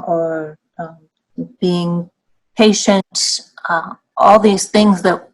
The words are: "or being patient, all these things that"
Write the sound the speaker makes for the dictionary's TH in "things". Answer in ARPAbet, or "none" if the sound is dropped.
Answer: TH